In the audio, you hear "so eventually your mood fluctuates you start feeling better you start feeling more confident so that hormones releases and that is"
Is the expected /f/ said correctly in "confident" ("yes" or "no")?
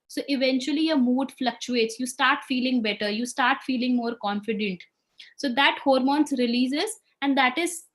yes